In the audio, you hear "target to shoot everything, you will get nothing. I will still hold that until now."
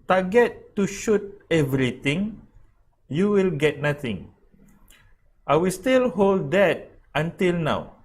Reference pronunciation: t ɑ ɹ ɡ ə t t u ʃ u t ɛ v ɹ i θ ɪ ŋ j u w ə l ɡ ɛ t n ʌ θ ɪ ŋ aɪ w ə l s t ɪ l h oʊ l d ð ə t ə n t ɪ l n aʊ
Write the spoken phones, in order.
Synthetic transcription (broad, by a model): t ɑ ɡ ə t t u ʃ u t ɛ v ɹ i t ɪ ŋ j u w ə l ɡ ɛ t n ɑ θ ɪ ŋ aɪ w ə l s t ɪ l h oʊ l d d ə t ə n t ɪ l n aʊ